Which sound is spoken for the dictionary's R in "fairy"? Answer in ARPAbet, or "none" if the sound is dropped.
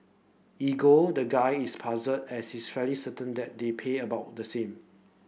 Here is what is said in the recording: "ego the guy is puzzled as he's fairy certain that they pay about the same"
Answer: L